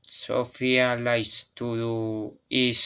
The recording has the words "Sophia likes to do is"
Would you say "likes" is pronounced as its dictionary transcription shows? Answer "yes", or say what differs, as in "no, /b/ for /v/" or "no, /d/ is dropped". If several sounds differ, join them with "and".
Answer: no, /k/ is dropped